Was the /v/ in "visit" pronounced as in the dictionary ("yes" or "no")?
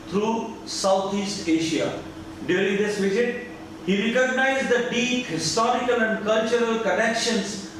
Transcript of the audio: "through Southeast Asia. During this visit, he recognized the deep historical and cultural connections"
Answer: yes